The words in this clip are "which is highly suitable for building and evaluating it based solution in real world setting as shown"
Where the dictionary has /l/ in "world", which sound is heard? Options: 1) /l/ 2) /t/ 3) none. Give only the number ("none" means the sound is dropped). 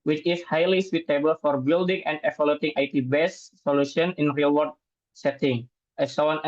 3